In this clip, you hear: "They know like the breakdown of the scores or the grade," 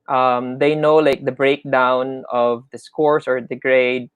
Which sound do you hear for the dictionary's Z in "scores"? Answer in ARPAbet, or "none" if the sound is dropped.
S